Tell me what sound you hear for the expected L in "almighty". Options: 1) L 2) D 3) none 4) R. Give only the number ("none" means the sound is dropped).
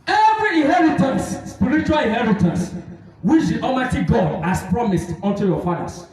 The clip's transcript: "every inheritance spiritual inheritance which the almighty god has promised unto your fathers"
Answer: 3